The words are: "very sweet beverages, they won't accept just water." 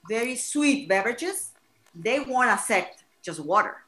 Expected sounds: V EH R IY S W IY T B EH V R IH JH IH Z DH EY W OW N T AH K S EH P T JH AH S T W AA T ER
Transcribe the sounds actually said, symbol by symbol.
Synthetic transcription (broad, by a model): V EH R IY S W IY T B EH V R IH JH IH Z DH EY W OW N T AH S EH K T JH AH S T W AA T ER